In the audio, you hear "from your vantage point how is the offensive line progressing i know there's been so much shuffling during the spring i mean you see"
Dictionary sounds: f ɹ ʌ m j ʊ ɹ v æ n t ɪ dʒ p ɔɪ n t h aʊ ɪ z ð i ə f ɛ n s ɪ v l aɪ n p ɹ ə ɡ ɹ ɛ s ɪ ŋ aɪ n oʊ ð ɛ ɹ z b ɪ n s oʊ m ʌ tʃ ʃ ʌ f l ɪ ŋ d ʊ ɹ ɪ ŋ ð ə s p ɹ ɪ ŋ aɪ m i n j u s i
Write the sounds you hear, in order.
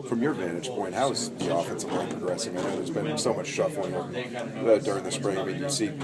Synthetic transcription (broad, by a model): f ɹ ʌ m j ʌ ɹ v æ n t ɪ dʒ p ɔɪ n t h aʊ ɪ z ð i ə f ɛ n s ɪ v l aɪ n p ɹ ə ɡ ɹ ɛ s ɪ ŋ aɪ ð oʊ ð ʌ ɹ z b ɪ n s oʊ m ʌ tʃ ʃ ʌ f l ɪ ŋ d ʊ ɹ ɪ ŋ ð ə s p ɹ ɪ ŋ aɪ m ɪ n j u s i